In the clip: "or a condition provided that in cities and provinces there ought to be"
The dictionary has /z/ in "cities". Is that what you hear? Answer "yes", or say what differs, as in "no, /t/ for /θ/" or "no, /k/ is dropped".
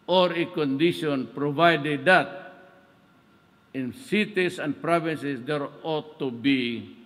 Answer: no, /s/ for /z/